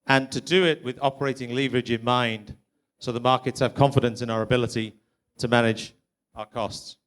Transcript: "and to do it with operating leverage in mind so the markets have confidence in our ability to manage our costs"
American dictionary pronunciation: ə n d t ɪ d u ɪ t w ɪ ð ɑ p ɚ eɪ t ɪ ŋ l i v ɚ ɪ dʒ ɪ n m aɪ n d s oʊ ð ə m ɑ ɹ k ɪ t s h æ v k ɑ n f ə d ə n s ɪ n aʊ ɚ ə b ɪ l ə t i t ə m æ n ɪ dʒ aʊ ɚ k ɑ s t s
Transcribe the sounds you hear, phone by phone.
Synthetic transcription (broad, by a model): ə n t ɪ d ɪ ɪ t w ɪ ð ɑ p ɚ eɪ t ɪ ŋ l i v ɚ ɪ dʒ ɪ n m aɪ n d s oʊ ð ə m ɑ ɹ k ɪ t s h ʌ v k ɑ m f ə d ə n s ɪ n aʊ ɚ ə b ɪ l ə t i t ə m æ n ɪ dʒ aʊ ɚ k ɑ s t s